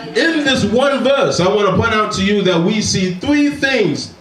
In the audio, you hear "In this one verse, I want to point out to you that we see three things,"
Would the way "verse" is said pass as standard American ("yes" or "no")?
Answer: yes